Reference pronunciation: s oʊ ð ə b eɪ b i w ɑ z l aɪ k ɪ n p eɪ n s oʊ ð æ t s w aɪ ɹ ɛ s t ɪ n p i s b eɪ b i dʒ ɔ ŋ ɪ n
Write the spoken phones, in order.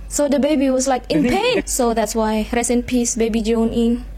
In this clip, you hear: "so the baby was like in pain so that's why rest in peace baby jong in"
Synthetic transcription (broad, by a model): s oʊ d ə b eɪ b i w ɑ s l aɪ k ɪ n p eɪ n s oʊ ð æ t s w aɪ ɹ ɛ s ɪ n p i s b eɪ b i dʒ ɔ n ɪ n